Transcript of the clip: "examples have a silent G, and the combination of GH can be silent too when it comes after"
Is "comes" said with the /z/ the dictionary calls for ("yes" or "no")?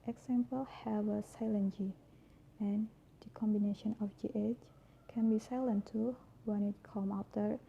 no